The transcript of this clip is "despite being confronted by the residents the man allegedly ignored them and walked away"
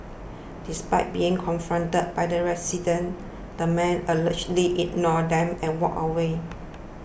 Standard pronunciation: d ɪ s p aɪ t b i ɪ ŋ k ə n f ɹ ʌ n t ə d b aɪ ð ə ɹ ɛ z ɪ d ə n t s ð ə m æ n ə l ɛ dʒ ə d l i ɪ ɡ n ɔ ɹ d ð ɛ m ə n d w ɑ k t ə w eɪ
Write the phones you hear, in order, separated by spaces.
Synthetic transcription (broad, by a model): d ɪ s p aɪ t b i ɪ ŋ k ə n f ɹ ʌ n t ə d b aɪ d ə ɹ ɛ s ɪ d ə n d ə m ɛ n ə l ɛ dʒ l i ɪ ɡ n ɔ d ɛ m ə n w ɑ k ə w eɪ